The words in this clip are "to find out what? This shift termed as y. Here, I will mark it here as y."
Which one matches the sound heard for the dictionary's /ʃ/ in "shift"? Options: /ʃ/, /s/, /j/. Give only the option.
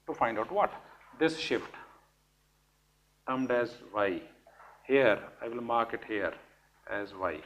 /ʃ/